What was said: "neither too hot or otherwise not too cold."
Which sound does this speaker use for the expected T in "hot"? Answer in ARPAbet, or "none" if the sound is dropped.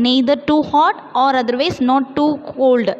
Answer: T